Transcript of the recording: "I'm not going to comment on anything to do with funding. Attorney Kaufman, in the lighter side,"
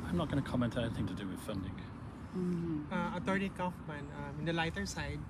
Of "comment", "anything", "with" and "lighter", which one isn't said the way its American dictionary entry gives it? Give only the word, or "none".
none